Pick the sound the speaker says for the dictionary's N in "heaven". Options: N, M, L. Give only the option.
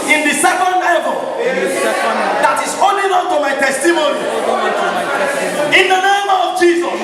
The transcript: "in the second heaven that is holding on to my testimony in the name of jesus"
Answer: L